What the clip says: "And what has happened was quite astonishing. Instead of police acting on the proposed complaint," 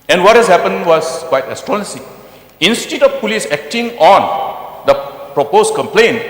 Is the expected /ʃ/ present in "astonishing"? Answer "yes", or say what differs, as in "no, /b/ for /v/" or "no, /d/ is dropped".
no, /s/ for /ʃ/